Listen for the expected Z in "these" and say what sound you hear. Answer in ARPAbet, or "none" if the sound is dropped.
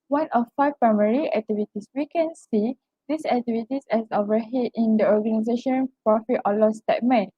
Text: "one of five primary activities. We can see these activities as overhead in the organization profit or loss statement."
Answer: S